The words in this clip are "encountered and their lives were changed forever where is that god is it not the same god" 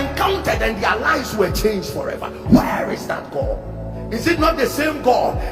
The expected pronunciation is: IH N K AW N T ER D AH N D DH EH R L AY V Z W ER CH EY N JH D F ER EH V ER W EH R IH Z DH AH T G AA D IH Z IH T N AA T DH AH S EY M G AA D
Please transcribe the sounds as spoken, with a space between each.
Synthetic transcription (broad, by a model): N K AW N T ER D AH N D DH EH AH L AY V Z W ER CH EY N JH D F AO EH V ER W EH R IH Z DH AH T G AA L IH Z IH T N AA T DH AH S EY M G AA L